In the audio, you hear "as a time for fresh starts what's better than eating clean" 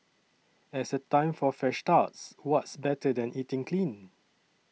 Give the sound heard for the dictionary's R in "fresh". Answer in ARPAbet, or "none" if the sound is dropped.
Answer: none